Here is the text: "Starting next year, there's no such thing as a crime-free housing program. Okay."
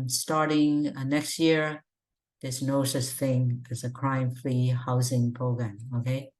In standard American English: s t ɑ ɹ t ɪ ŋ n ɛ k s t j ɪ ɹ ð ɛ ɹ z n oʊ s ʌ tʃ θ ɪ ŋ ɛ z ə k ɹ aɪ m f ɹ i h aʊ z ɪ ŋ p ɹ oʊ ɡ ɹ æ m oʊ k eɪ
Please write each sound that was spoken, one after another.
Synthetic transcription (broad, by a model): s t ɑ ɹ t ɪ ŋ n ɛ k s t j ɪ ɹ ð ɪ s n oʊ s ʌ s θ ɪ ŋ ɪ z ə k ɹ aɪ m f l i h aʊ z ɪ ŋ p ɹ oʊ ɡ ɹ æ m oʊ k eɪ